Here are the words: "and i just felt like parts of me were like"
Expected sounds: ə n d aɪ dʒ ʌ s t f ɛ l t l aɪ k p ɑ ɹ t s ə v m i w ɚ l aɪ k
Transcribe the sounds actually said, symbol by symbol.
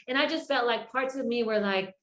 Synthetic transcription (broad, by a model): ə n aɪ dʒ ʌ s t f ɛ t l aɪ k p ɑ ɹ t s ə v m i w ɚ l aɪ k